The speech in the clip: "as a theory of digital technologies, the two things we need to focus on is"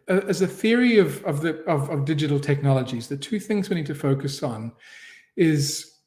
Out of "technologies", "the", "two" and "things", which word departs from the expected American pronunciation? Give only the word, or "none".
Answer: none